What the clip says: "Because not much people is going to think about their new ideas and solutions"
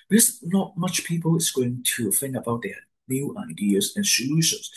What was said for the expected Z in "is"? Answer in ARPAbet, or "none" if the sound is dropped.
S